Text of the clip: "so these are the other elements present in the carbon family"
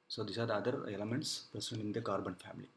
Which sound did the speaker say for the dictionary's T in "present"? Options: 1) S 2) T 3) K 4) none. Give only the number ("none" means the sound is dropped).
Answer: 4